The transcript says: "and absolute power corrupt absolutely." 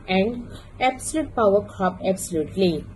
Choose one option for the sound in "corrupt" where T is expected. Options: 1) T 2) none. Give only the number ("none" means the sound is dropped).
2